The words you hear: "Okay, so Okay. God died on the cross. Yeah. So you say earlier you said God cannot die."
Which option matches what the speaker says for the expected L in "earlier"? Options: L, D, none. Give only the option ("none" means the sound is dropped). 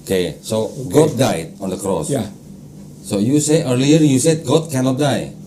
L